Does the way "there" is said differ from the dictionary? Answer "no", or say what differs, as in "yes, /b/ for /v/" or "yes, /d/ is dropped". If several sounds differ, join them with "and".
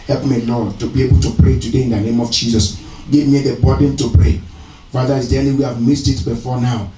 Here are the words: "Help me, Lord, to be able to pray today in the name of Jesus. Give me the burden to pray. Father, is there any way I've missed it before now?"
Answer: yes, /l/ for /ɹ/